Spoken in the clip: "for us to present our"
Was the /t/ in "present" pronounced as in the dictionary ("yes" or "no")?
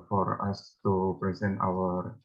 yes